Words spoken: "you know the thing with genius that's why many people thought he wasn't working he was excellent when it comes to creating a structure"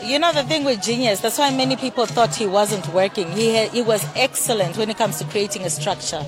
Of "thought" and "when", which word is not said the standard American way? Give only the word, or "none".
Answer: none